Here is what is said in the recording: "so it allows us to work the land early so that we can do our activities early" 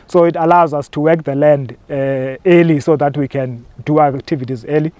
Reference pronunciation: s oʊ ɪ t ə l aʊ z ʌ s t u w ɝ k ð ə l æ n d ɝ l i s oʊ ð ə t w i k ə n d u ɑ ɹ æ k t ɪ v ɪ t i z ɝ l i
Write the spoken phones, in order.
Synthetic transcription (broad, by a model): s oʊ ɪ t ə l aʊ z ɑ s t u w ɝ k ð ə l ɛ n d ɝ l i s oʊ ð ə t w i k ə n d u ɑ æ k t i v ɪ t i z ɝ l i